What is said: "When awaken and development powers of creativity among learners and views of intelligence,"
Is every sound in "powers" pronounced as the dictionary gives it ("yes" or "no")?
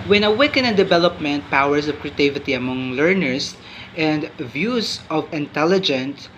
no